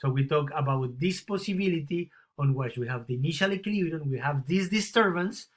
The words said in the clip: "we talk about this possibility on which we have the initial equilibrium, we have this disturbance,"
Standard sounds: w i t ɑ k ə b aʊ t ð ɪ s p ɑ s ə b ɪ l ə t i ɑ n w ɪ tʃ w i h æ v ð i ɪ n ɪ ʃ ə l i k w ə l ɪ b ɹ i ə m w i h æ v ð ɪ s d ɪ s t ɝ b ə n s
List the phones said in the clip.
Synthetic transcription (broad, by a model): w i t ɑ k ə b aʊ t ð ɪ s p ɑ s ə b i l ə t i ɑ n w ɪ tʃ w i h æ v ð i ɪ n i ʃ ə l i k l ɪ ɹ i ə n w i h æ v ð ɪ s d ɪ s t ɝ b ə n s